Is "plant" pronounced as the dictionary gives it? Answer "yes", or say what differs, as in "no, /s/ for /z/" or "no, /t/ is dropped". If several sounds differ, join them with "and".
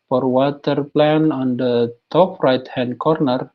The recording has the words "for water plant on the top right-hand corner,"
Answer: no, /t/ is dropped